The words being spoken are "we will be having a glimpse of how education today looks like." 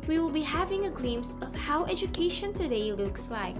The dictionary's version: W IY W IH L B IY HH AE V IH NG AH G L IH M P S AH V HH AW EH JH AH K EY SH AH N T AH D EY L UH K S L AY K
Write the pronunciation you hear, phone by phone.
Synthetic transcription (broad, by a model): W IY W IH L B IY HH AE V IH NG AH G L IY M S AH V HH AW EH JH AH K EY SH AH N T AH D EY L UH K S L AY K